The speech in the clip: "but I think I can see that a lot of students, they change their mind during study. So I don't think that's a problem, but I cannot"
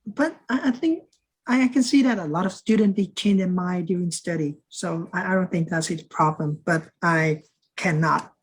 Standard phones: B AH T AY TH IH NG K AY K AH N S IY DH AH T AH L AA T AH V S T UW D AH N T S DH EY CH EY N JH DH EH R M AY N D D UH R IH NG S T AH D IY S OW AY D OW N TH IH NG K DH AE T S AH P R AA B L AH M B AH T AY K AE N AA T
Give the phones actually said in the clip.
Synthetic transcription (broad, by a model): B AH T AY TH IH NG K AY K AH N S IY DH AH T AH L AA T AH V S T UW D N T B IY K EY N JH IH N M AY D D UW IH NG S T AH D IY S OW AY D OW N TH IH NG K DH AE T S AH P R AA B L AH M B AH T AY K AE N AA T